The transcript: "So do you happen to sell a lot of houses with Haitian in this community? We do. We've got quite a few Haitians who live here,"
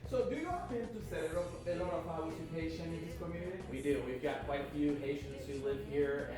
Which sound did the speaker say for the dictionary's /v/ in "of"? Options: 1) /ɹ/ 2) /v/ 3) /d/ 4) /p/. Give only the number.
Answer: 4